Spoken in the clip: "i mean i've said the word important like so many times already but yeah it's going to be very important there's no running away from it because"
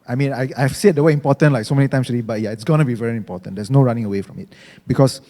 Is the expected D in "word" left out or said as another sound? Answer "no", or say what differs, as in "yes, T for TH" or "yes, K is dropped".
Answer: yes, D is dropped